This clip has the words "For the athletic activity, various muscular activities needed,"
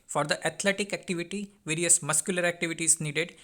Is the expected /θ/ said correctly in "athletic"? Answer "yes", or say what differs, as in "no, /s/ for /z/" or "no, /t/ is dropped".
no, /t/ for /θ/